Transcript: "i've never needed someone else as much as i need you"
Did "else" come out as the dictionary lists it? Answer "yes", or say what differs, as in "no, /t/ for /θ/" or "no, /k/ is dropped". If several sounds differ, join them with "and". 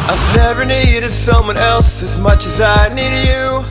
yes